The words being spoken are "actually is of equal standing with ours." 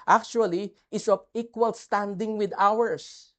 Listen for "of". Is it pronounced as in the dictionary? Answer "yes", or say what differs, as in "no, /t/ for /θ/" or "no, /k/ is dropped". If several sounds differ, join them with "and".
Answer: no, /p/ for /v/